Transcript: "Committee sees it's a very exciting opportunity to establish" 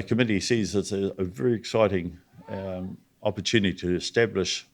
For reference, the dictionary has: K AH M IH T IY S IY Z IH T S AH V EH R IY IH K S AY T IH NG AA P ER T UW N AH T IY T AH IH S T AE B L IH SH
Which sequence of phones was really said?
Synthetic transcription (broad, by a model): K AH M IH T IY S IY Z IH T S AH V EH R IY IH K S AY T IH NG AA P ER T UW N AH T IY T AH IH S T AE B L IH SH